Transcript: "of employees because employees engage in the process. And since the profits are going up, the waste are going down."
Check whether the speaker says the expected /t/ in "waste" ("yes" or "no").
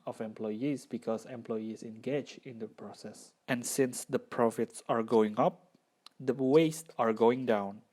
yes